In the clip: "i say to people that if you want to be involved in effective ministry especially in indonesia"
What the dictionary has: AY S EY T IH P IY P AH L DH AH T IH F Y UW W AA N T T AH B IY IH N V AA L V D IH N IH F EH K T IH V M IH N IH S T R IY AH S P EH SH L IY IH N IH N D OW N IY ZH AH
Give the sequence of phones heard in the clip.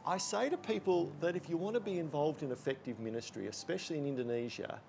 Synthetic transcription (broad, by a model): AY S EY T IH P IY P AH L DH AH T IH F Y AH W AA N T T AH B IY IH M V AA L V D IH N IH F EH K T IH V M IH N IH S T R IY AH S P EH SH L IY IH N IH N D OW N IY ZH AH